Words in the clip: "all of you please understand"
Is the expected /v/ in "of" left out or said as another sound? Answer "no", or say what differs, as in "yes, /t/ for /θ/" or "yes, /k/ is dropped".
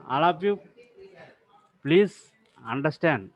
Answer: yes, /p/ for /v/